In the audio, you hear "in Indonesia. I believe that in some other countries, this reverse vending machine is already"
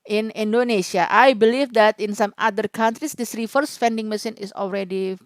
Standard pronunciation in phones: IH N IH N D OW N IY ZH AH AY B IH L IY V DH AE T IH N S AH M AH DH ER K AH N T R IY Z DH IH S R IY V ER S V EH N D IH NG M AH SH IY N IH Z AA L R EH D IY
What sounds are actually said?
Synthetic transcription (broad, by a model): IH N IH N D OW N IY SH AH AY B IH L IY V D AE T IH N S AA M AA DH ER K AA N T R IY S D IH S R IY F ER S F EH N D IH NG M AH S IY N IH S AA L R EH D IY